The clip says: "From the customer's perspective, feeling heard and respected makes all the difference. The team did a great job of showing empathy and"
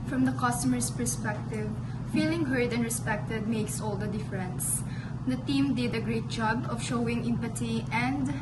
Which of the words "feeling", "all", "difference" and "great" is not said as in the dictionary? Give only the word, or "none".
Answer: none